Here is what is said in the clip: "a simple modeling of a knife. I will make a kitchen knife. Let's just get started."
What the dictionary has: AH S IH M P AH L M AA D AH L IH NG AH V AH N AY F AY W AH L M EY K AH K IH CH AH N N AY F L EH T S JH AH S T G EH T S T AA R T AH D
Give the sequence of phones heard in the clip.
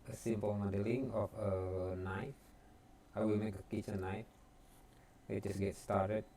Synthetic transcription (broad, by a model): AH S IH M P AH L M AA D AH L IH NG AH F AH N AY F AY W AH L M EY K AH K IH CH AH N N AY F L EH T JH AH S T G EH T S T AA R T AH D